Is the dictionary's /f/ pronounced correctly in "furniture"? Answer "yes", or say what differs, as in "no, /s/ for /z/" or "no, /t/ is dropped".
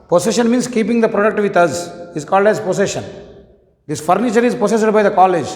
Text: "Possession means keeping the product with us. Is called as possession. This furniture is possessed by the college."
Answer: yes